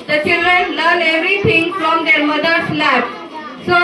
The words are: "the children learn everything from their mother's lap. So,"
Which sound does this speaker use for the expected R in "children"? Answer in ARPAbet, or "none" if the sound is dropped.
R